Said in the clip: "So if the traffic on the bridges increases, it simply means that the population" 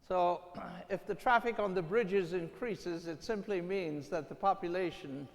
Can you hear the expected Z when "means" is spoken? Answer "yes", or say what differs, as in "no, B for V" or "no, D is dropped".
yes